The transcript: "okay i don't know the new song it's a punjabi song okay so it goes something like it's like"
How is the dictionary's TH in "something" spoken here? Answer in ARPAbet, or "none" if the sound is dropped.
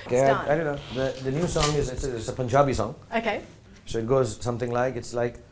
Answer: T